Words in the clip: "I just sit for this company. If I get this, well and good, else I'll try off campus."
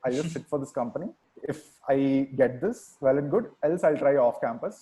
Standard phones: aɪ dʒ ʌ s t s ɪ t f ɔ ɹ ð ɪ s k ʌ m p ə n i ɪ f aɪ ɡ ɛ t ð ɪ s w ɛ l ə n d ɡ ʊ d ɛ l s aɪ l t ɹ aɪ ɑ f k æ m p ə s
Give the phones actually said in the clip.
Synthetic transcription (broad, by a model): aɪ dʒ ʌ s t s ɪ t f ɔ ɹ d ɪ s k ʌ m p ə n i ɪ f aɪ ɡ ɛ t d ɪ s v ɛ l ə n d ɡ ʊ d ɛ l s aɪ l t ɹ aɪ ɑ f k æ m p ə s